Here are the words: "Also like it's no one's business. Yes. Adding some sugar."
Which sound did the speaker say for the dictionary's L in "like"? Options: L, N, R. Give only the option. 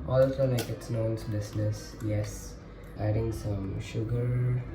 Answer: N